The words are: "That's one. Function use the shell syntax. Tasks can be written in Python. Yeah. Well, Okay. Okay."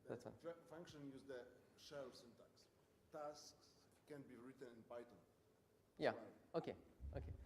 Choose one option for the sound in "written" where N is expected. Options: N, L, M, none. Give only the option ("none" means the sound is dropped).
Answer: N